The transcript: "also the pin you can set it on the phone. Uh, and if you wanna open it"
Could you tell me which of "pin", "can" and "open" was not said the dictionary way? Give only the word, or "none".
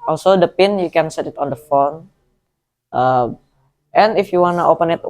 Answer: none